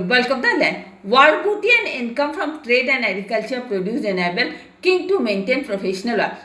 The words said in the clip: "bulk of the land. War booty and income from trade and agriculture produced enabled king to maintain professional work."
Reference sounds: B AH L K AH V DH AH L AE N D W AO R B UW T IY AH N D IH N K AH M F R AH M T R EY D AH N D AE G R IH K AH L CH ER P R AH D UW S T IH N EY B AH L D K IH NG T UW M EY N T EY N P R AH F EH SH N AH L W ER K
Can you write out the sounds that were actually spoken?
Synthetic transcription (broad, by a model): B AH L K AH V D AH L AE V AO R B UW T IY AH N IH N K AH M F R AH M T R EY D AH N D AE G R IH K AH L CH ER P R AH D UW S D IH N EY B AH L K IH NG T UW M EY N T EY N P R AH F EH SH N AH L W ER